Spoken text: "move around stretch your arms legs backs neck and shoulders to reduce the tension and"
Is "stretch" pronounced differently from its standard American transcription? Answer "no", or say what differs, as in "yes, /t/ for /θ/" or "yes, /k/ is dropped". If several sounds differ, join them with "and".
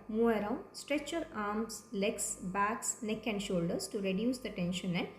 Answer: no